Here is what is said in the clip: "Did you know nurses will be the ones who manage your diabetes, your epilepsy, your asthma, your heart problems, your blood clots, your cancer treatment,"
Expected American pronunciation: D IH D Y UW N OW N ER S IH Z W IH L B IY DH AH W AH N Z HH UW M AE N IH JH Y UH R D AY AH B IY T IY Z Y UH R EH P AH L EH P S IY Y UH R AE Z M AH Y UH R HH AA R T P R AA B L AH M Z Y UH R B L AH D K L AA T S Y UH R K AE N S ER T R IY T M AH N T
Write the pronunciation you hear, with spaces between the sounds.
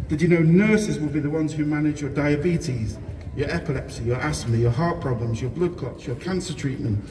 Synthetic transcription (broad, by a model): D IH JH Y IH N OW N ER S IH Z W IH L B IY DH AH W AH N Z HH UW M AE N IH JH Y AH R D AY AH B IY T IY Z Y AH R EH P AH L EH P S IY Y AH R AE S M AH Y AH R HH AA R T P R AA B L AH M Z Y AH R B L AH D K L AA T S Y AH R K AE N S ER T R IY T M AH N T